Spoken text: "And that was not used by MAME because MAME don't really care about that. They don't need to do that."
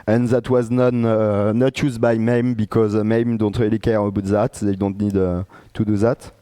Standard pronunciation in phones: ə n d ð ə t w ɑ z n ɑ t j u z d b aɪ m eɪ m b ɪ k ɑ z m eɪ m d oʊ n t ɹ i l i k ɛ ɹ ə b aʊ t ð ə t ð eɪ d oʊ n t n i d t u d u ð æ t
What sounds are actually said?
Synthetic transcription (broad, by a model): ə n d ð ə t w ɑ z n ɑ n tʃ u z b aɪ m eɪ m b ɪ k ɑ z m eɪ m d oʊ n t ɹ i l i k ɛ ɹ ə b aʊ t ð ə t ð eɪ d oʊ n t n i d t u d u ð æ t